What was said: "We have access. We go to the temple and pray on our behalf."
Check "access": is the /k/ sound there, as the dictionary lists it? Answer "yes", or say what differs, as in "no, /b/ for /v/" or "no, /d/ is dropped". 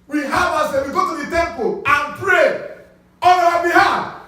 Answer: no, /k/ is dropped